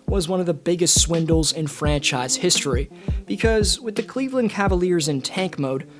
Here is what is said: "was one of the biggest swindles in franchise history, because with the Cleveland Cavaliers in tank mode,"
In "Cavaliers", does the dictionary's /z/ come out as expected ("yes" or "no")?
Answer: yes